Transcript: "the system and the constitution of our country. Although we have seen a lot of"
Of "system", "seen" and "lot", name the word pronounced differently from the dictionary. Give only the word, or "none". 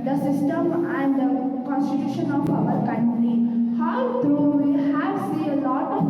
seen